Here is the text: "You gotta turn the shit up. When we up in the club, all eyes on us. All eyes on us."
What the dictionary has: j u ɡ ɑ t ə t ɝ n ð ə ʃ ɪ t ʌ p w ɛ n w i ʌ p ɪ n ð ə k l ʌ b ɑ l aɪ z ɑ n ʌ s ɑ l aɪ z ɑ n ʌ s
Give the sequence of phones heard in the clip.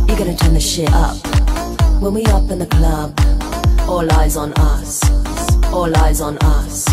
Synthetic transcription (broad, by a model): j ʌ ɡ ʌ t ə t ɝ n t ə ʃ ɪ t ʌ p w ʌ n w i ʌ p ɪ n ð ə k l ʌ b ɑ l aɪ z n ʌ s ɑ l aɪ z n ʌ s